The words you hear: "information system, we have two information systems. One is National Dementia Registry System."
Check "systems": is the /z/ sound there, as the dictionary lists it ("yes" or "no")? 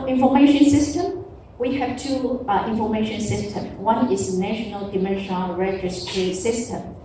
no